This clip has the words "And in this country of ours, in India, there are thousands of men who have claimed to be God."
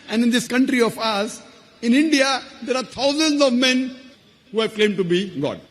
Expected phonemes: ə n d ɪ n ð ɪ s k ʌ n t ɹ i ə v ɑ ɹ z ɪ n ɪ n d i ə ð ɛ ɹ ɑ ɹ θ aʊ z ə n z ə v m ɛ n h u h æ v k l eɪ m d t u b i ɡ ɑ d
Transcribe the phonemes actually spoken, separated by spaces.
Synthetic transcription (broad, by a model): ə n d ɪ n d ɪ s k ʌ n t ɹ i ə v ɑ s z ɪ n ɪ n d i ə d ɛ ɹ ɑ ɹ t aʊ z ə n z ə v m ɛ n h u h æ v k l eɪ m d t u b i ɡ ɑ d